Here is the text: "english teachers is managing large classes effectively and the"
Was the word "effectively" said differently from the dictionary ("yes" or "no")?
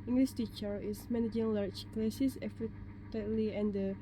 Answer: yes